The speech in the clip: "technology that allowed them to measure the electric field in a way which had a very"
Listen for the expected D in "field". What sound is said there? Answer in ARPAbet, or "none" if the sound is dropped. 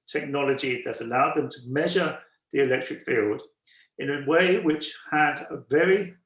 D